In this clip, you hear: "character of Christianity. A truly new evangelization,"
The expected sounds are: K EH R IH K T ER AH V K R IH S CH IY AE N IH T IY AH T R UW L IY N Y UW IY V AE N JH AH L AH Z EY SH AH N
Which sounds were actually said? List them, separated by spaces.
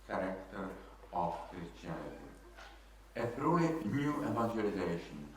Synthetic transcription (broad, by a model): K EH R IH K T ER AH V K R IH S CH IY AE L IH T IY AH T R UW IY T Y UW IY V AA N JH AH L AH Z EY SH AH N